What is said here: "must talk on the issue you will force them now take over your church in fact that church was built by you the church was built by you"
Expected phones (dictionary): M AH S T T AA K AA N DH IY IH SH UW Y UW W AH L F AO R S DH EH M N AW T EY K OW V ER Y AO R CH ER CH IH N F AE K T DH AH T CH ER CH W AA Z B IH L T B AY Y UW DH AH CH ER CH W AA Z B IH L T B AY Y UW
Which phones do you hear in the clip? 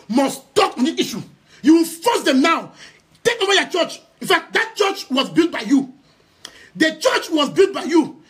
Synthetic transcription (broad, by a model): M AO S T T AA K AA N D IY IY SH UW Y UW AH N F AO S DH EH M N AW T EY K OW W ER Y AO CH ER CH IH N F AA K T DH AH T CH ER CH W AA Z B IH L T B AY Y UW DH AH CH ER CH W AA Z B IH L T B AY Y UW